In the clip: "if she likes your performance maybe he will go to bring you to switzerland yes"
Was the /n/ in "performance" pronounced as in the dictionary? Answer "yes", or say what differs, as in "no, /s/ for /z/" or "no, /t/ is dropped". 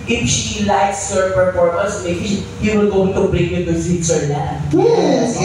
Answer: no, /n/ is dropped